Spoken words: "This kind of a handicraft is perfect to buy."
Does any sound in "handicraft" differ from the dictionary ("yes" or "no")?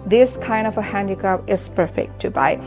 yes